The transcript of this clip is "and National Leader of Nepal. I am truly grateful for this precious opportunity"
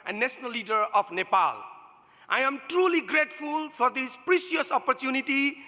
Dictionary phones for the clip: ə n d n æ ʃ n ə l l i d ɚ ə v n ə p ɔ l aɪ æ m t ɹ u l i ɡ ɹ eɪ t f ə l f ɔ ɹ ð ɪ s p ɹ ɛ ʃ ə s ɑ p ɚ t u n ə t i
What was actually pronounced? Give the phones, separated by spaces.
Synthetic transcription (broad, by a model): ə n n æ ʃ n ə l l i d ɚ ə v n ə p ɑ l aɪ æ m t ɹ u l i ɡ ɹ eɪ t f ə l f ɔ ɹ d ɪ s p ɹ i s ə s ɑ p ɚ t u n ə t i